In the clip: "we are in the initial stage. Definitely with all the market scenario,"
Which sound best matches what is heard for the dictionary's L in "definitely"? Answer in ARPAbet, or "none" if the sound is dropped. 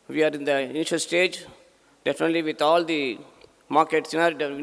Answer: L